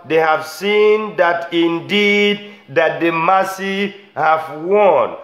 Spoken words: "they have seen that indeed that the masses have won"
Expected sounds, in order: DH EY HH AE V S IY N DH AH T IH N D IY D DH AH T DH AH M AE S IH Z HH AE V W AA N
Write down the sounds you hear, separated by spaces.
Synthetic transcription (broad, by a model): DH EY HH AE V S IY N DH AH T IH N D IY D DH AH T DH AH M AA S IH HH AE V W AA N